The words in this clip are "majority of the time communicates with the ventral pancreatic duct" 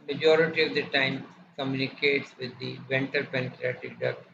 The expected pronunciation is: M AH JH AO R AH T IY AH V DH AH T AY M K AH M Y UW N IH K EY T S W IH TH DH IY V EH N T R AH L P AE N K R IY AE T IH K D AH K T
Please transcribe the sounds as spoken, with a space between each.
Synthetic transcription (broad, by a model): M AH JH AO R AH T IY AH V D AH T AY M K AH M Y UW N IH K EY T S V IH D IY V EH N T AH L P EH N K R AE T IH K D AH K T